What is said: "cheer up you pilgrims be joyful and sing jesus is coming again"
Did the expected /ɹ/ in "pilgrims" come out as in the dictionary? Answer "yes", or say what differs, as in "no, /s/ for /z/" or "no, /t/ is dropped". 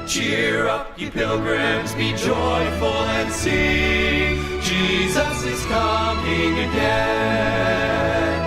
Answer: yes